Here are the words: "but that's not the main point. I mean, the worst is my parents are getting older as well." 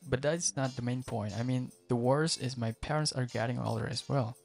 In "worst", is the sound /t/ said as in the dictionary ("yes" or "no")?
no